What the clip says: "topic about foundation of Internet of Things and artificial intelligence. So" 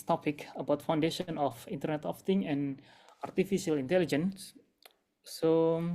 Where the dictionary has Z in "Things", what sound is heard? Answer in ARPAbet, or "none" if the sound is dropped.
none